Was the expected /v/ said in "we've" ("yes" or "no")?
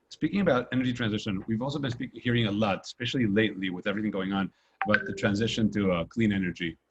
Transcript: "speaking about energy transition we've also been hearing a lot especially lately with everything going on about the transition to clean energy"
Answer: yes